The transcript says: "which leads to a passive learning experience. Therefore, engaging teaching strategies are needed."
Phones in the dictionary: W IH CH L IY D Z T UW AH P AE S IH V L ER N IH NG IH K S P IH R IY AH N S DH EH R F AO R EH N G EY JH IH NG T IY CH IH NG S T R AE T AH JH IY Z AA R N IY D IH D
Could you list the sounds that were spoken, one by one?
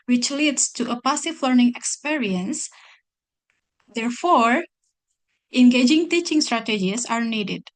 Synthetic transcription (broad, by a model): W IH CH L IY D S T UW AH P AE S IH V L ER N IH NG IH K S P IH R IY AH N S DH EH R F AO R EH N G EY JH IH NG T IY CH IH NG S T R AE T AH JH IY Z AA R N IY D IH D